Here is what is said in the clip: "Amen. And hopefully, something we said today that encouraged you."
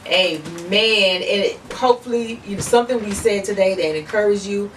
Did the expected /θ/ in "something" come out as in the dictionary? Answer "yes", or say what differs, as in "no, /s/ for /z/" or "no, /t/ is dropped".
yes